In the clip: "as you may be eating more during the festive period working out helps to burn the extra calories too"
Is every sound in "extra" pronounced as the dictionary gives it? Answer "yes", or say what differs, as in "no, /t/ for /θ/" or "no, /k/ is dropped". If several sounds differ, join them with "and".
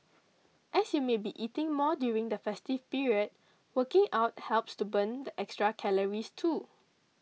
yes